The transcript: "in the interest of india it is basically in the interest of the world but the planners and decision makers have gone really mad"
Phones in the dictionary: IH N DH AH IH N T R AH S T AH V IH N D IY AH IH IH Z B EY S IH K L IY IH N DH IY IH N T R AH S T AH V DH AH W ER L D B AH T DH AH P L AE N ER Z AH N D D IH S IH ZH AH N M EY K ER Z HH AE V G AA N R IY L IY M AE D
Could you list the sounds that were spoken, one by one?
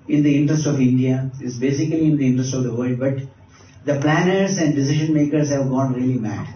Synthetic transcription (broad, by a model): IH N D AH IH N T R AH S T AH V IH N D IY AH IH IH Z B EY S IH K L IY IH N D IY IH N T R AH S T AH V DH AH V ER L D B AH T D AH P L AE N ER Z AH N D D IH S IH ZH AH N M EY K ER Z HH AE V G AA N R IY L IY M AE D